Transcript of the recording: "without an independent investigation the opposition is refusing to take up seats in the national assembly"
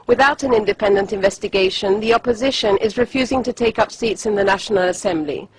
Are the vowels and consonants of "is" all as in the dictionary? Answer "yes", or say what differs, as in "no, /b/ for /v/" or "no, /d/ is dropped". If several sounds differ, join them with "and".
yes